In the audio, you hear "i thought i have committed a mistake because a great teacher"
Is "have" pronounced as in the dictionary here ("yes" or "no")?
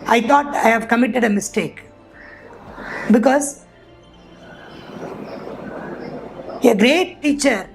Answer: yes